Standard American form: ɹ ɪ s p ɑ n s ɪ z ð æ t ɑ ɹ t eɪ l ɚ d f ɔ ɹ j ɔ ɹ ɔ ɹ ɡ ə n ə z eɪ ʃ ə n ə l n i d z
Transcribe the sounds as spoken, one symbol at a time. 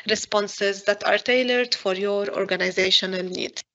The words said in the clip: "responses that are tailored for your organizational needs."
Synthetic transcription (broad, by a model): ɹ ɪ s p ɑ n s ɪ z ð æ t ɑ ɹ t eɪ l ɚ d f ɔ ɹ j ɔ ɹ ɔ ɹ ɡ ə n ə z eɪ ʃ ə n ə l n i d